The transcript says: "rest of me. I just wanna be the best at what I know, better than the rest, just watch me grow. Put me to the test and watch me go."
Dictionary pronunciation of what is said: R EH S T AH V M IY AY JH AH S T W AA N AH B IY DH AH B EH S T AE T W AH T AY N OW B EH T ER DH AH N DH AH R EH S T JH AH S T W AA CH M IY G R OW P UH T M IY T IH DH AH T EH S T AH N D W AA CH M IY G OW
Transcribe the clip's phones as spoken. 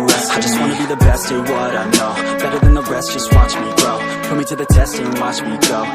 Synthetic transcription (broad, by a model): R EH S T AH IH JH AH S T W AA N AH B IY DH AH B EH S T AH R W AH T AY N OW B EH T ER DH AH N DH AH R EH S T JH AH S T W AA CH M IY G OW F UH M IY T IH DH AH T EH S T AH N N W AA CH M IY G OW